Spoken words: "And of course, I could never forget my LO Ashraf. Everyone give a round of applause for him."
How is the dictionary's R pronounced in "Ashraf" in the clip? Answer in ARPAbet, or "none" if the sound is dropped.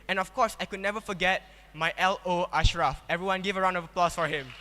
R